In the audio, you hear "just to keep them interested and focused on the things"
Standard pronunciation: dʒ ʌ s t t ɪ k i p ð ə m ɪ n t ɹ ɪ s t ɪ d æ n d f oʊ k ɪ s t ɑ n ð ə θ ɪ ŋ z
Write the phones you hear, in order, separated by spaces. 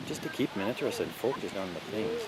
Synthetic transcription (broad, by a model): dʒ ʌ s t t ɪ k i p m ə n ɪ t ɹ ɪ s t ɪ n f oʊ k ɪ s t n ð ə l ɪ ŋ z